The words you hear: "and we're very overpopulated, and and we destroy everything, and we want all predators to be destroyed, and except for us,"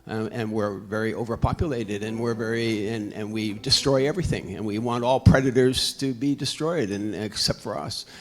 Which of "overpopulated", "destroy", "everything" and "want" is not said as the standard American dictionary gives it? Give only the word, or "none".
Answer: none